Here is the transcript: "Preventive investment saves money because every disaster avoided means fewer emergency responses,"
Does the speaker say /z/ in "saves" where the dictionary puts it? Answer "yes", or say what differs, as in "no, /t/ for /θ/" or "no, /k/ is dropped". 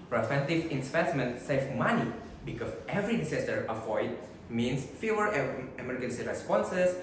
no, /z/ is dropped